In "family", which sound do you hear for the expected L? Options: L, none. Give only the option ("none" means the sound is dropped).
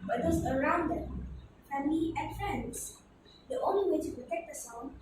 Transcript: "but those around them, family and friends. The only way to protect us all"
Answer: none